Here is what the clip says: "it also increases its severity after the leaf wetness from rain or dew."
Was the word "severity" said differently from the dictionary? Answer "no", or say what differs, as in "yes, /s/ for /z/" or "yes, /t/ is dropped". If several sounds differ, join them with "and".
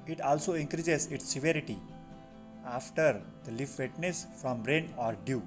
no